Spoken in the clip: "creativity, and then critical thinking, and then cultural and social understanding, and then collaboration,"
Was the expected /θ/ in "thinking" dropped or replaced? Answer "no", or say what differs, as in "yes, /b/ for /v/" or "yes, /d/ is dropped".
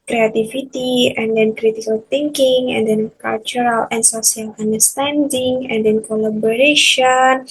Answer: yes, /t/ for /θ/